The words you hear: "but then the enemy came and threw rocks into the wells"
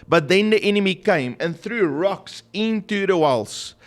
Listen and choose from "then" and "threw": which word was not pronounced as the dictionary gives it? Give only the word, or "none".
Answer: none